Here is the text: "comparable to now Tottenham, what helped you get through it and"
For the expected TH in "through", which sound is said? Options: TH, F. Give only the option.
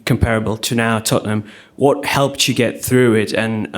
TH